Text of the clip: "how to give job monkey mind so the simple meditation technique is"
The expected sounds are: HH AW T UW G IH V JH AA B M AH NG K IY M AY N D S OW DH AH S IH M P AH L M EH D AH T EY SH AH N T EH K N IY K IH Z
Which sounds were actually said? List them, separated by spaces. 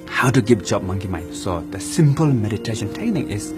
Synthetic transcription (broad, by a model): HH AW T UW G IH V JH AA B M AH NG K IY M AY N S OW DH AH S IH M P AH L M EH D AH T EY SH AH N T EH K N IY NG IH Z